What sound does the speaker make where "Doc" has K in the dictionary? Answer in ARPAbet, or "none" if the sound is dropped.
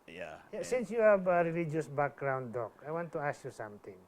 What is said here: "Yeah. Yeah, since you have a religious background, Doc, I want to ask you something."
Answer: K